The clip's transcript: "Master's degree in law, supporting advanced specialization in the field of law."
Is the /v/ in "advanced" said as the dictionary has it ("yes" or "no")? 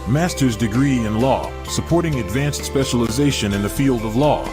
yes